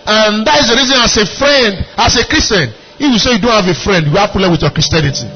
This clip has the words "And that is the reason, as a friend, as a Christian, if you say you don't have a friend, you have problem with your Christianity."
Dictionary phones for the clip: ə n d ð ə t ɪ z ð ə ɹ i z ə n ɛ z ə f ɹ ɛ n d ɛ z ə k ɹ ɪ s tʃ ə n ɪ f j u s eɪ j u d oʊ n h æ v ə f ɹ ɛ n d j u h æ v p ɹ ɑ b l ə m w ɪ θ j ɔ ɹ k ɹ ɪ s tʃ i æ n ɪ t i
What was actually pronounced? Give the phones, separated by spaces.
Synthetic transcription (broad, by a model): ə n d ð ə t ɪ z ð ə ɹ i z ə n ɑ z ə f ɹ ɛ n d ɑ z ə k ɹ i s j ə n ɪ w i s eɪ j u d oʊ n h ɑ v ə f ɹ ɛ n d j u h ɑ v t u l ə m w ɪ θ j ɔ k ɹ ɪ s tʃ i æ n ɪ t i